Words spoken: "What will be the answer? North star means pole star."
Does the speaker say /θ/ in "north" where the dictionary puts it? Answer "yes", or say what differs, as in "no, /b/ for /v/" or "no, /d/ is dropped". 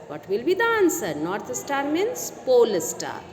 no, /t/ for /θ/